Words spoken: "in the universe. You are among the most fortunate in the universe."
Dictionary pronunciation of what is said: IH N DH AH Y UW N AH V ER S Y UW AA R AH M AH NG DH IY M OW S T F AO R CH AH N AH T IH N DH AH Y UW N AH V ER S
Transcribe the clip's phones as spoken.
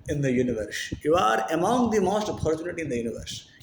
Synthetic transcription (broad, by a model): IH N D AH Y UW N AH V ER S Y UW AA R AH M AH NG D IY M OW S T P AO R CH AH N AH T IH N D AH Y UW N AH V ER S